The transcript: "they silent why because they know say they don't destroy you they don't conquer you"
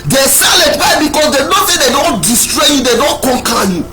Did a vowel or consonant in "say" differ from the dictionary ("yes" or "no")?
yes